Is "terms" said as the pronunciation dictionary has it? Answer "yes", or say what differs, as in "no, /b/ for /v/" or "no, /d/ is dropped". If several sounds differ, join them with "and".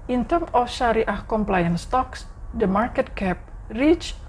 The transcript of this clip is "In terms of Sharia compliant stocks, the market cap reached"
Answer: no, /z/ is dropped